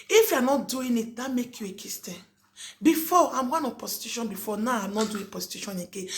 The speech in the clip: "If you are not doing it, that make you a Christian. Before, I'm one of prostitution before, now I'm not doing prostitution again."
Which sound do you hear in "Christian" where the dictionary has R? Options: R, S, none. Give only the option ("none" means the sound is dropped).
none